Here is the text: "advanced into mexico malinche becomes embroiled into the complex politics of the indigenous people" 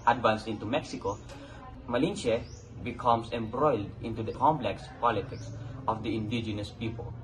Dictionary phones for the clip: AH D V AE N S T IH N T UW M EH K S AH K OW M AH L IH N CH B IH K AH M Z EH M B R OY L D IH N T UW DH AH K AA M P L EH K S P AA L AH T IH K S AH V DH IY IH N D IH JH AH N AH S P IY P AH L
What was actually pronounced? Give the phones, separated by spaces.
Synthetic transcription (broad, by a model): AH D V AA N S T IH N T UW M EH K S AH K OW M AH L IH N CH B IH K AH M S EH M B R OY L D IH N T UW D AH K AA M P L EH K S P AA L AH T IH K S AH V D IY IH N D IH JH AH N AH S P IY P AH L